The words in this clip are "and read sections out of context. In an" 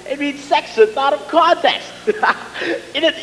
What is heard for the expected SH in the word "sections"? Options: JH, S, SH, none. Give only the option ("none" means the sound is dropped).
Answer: S